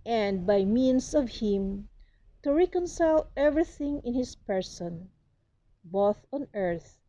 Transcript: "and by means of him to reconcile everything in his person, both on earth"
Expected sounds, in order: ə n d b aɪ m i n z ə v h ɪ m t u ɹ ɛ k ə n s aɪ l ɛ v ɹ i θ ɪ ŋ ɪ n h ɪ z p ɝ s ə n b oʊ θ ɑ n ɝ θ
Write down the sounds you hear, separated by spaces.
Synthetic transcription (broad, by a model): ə n d b aɪ m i n s ə v h ɪ m t u ɹ ɛ k ə n s aɪ l ɛ v ɹ i θ ɪ ŋ ɪ n h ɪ s p ɝ s ə n b oʊ θ ɑ n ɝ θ